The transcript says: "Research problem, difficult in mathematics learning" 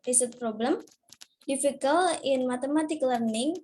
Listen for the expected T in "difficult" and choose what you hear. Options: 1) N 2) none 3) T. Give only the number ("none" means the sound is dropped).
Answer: 2